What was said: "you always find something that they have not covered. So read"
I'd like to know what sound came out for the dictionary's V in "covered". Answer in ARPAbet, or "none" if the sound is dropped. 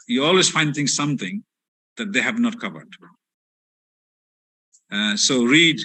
V